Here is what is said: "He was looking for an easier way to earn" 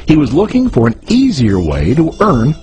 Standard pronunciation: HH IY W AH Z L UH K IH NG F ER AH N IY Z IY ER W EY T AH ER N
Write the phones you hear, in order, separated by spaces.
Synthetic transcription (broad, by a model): HH IY W AH Z L UH K IH NG F ER AH N IY Z IY ER W EY T AH ER N